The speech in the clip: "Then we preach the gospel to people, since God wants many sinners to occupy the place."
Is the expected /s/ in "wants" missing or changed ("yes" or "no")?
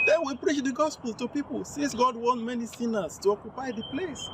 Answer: yes